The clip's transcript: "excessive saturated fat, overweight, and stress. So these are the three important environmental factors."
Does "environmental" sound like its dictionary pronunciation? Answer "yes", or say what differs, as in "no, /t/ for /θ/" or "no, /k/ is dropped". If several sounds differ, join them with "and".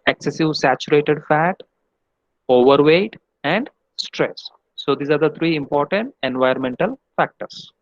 no, /ɹ/ is dropped